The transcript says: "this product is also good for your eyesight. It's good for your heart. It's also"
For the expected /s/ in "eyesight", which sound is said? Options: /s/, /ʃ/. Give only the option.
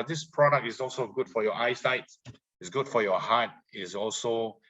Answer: /s/